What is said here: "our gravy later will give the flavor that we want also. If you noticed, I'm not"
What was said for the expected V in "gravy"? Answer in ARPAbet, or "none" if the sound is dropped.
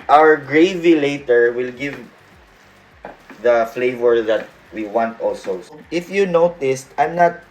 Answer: V